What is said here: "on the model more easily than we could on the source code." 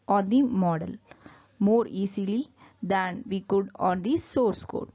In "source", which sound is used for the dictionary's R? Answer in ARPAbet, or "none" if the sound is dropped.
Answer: R